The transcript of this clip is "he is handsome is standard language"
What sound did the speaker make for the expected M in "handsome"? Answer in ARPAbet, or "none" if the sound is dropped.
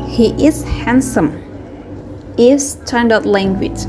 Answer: M